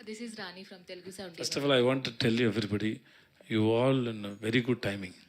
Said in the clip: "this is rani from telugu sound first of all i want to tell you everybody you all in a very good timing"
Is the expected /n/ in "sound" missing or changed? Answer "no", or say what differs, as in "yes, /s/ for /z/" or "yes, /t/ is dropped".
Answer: yes, /n/ is dropped